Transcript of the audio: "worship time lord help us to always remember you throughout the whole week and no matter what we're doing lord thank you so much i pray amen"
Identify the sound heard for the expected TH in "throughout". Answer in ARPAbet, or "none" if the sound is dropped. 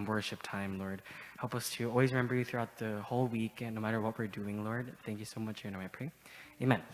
TH